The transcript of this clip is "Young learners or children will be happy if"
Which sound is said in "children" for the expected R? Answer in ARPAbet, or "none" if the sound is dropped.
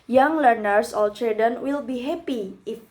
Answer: none